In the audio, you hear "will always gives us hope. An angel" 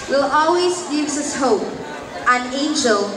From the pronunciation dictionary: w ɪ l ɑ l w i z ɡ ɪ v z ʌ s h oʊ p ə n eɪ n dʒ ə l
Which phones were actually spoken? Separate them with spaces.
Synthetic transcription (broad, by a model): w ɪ l ɑ l w i z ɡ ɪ z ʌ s h oʊ p ə n eɪ n dʒ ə l